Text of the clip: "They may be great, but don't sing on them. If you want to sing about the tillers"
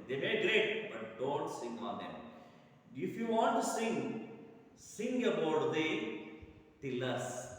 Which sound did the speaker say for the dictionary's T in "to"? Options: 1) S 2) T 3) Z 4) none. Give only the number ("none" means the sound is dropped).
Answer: 1